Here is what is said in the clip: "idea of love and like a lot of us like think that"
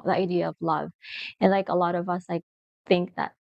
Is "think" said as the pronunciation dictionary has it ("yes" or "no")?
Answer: yes